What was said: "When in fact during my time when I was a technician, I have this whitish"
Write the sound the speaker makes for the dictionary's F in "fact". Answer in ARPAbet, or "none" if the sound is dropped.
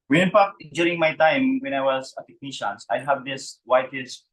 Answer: P